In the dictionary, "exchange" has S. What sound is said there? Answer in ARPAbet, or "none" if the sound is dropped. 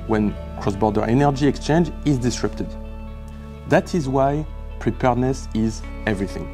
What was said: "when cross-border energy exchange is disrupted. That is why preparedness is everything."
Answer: S